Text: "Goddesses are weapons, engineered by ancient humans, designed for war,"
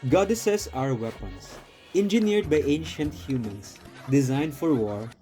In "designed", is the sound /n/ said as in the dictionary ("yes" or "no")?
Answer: yes